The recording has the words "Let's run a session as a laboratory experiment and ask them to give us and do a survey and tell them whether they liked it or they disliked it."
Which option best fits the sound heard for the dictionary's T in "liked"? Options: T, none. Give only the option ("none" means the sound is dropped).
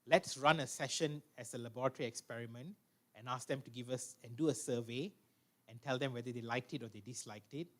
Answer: T